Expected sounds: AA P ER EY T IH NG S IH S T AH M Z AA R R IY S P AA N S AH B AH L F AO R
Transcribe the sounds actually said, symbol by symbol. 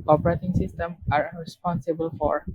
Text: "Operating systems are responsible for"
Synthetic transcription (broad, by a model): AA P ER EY T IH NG S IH S T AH M AA R R IY S P AA N S AH B AH L F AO R